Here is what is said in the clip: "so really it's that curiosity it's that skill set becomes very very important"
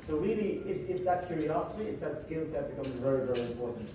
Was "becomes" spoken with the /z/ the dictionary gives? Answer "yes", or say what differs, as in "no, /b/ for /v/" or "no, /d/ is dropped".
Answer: yes